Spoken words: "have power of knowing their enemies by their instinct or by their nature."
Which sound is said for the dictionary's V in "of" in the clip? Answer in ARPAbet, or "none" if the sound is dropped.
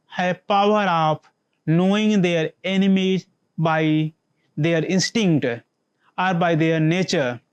P